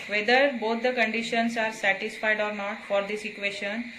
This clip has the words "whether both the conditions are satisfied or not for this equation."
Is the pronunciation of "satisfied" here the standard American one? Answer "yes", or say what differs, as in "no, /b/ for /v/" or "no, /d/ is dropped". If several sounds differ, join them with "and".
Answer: yes